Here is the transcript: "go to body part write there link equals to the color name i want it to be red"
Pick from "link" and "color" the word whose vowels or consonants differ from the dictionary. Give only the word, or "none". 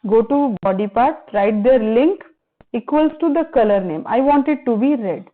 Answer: none